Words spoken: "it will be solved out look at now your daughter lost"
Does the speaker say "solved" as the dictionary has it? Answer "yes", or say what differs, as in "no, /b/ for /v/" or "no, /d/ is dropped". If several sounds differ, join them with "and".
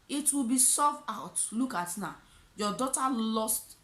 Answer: no, /l/ is dropped and /d/ is dropped